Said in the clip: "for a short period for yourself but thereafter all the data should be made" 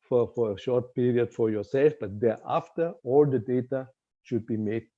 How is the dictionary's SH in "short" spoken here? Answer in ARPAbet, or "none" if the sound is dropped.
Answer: SH